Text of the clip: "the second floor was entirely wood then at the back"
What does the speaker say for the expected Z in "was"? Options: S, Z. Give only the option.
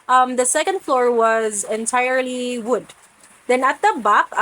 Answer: Z